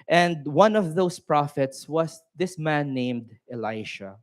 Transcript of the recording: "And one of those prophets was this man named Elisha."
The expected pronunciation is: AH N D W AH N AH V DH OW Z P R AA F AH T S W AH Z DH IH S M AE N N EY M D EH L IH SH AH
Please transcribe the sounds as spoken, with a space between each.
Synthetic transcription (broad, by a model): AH N D W AH N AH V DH OW S P R AA F AH T S W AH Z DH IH S M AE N N EY M D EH L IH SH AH